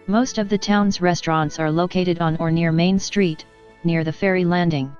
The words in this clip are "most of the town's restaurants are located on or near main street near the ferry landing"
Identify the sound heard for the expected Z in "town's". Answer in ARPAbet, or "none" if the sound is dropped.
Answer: Z